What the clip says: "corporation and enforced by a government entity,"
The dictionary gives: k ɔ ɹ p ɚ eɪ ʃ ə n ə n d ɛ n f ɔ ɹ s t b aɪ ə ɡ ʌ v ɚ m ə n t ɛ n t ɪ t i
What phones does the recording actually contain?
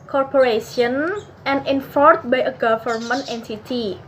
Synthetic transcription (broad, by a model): k ɔ ɹ p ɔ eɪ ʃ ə n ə n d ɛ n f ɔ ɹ t b aɪ ə ɡ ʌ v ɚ m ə n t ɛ n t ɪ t i